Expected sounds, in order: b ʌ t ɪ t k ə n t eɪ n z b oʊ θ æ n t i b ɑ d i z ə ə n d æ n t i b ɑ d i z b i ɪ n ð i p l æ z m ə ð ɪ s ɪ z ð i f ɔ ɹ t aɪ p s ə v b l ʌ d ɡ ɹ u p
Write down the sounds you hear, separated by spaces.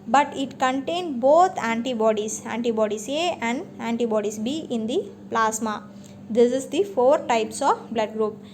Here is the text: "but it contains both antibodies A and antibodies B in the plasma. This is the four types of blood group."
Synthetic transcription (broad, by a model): b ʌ t ɪ t k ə n t eɪ n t b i s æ n t i b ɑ d i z ə ə n d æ n t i b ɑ d i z b i ɪ n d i p l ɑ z m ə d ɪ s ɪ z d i f ɔ ɹ t aɪ p s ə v b l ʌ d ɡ ɹ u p